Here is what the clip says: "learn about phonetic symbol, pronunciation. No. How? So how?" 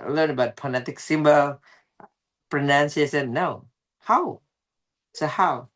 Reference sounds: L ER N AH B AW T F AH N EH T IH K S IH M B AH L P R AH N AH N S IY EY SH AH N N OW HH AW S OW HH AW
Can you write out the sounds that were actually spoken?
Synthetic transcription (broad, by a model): L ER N AH B AW T P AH N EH T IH K S IH M B AH L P R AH N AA N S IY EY S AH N N OW HH AW S OW HH AW